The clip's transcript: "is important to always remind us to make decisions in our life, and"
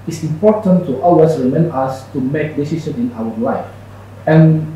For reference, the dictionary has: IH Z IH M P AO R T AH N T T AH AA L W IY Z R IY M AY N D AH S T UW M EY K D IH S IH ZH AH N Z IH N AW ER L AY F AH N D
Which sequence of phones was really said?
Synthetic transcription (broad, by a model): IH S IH M P AO T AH N T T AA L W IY S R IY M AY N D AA S T UW M EY K D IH S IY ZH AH N IH N AW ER L AY F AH N